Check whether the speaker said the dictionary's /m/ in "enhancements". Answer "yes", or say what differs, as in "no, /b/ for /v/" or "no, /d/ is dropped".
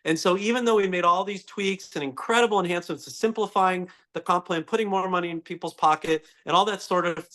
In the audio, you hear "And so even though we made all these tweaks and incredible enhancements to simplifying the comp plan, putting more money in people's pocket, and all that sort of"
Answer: no, /m/ is dropped